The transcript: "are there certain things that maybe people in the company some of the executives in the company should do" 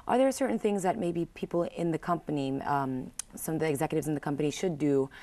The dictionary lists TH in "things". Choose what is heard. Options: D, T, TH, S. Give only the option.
TH